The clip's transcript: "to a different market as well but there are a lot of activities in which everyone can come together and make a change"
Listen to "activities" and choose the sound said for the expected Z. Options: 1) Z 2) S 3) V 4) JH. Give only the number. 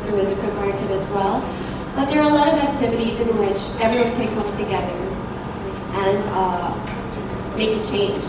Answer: 1